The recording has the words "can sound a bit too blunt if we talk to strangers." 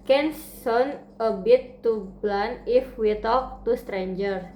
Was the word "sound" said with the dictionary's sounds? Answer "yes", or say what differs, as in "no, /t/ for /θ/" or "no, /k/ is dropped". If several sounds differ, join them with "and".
no, /d/ is dropped